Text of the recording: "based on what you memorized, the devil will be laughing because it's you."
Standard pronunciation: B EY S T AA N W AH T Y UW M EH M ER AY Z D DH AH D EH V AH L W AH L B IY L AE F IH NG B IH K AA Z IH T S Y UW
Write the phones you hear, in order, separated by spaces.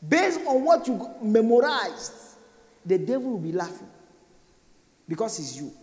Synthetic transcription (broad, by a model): B EY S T AA N W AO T Y UW M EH M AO AY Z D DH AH D EH V AH L W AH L B IY L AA F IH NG B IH K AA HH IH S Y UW